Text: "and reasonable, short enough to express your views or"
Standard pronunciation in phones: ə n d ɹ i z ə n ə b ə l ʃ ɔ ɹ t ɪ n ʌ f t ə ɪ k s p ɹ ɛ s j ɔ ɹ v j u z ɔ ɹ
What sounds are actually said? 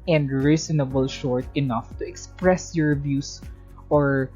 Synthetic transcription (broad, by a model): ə n d ɹ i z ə n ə b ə l ʃ ɔ ɹ t ɪ n ʌ f t ə ɪ k s p ɹ ɛ s j ɔ ɹ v j u s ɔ ɹ